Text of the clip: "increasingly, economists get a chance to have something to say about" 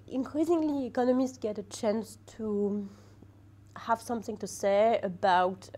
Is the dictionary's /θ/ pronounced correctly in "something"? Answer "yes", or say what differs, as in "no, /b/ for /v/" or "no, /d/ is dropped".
yes